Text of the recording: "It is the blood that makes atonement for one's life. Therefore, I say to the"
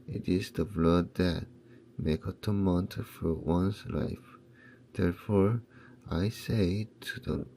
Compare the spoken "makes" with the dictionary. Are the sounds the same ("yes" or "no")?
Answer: no